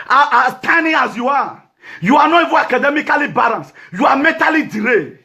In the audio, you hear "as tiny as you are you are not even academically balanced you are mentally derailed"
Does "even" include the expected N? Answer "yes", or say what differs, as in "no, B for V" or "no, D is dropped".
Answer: no, N is dropped